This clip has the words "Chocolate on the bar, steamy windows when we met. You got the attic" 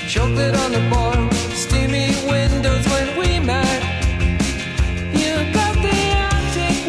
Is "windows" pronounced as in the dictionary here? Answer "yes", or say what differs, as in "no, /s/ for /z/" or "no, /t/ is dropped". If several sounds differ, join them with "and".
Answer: yes